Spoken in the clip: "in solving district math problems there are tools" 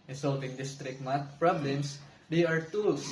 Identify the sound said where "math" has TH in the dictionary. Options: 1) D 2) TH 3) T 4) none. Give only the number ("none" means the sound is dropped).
3